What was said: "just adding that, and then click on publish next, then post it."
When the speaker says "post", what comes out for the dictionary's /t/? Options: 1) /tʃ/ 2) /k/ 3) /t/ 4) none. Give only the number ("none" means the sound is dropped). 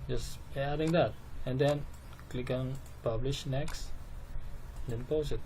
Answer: 4